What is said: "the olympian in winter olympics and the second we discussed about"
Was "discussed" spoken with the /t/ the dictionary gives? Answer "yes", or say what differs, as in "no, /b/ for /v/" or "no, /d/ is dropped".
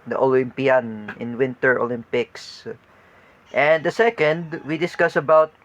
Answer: no, /t/ is dropped